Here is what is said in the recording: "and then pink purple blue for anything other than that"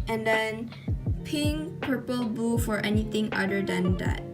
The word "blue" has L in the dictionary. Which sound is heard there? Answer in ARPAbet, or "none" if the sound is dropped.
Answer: none